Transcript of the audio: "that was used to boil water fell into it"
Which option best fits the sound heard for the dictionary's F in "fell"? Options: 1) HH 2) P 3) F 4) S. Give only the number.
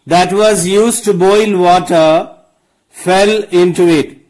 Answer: 3